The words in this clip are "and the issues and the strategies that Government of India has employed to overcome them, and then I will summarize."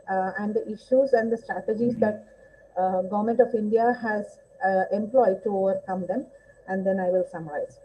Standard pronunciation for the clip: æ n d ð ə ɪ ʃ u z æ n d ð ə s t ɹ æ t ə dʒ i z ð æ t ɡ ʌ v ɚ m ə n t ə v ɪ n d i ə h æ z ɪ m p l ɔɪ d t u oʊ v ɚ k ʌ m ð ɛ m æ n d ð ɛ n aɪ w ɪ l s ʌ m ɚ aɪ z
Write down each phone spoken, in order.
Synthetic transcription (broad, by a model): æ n d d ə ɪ ʃ u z æ n d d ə s t ɹ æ t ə dʒ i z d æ t ɡ ʌ v ɚ m ə n t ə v ɪ n d i ə h æ z ɪ m p l ɔɪ d t u oʊ v ɚ k ʌ m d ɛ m æ n d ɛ n aɪ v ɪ l s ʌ m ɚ aɪ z